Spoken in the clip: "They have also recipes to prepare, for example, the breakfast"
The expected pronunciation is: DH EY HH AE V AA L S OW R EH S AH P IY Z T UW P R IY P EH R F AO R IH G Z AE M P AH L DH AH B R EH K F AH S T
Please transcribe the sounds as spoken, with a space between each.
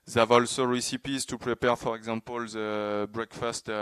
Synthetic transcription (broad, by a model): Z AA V AA L S OW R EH S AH P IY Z T UW P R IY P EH R F AO R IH G Z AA P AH L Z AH B R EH K F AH S T